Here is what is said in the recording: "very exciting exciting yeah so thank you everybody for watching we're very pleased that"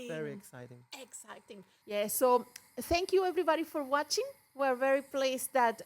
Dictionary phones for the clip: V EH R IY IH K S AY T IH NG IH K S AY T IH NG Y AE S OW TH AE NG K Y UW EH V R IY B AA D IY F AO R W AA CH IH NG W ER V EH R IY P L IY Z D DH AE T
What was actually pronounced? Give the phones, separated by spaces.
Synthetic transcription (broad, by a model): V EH R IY IH K S AY T IH NG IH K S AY T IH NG Y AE S OW TH AE NG K Y UW EH V R IY B AA D IY F AO R W AA CH IH NG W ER V EH R IY P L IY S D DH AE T